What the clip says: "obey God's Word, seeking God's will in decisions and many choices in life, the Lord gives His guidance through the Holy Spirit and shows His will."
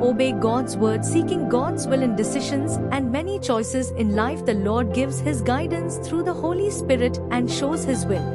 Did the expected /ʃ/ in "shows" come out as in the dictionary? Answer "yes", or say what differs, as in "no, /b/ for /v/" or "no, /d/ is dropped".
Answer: yes